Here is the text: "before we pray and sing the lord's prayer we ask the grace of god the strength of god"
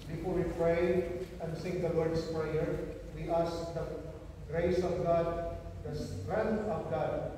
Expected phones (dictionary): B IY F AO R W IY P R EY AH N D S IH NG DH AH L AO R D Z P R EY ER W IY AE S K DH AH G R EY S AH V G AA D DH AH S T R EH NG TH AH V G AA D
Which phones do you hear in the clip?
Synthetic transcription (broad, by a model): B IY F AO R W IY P R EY AH N D S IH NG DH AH W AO R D S P R EY ER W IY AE S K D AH G R EY S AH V G AA D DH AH S T R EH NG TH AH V G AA D